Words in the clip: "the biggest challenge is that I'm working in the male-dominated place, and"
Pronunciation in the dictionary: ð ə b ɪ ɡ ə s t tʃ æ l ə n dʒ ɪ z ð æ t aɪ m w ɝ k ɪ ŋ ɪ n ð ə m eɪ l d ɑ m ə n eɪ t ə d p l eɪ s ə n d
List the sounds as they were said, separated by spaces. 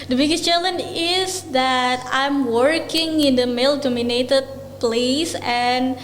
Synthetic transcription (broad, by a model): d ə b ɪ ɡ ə s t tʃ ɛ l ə n ɪ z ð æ t aɪ m w ɝ k ɪ ŋ ɪ n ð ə m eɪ l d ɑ m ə n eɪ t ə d p l eɪ s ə n